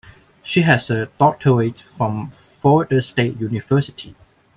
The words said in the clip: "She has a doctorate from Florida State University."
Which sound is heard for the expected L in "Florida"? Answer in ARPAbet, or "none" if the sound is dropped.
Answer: none